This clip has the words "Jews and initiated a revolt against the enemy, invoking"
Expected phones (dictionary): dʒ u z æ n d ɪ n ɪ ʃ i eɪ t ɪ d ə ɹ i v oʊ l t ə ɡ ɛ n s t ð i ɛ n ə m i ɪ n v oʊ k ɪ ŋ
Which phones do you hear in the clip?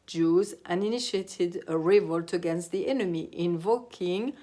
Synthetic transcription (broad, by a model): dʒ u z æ n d ɪ n ɪ ʃ i eɪ t ɪ d ə ɹ i v oʊ l t ə ɡ ɛ n s t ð i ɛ n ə m i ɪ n v oʊ k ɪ ŋ